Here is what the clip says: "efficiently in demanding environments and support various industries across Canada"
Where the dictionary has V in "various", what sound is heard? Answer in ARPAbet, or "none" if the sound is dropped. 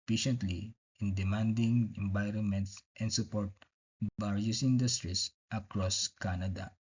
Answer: B